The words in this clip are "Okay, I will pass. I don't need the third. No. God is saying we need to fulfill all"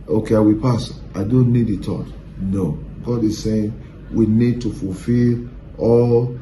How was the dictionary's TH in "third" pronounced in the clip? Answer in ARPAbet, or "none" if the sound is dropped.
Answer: T